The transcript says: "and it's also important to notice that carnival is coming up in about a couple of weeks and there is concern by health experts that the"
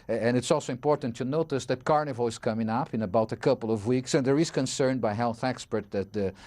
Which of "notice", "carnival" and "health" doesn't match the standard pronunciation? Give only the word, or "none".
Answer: none